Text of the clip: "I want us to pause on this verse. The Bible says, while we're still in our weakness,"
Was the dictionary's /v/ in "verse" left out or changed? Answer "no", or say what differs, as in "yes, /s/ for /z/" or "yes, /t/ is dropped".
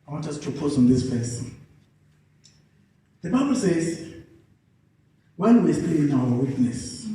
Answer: yes, /p/ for /v/